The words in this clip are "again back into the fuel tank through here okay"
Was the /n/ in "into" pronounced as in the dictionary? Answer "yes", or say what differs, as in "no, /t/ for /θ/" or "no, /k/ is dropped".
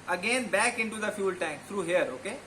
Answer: yes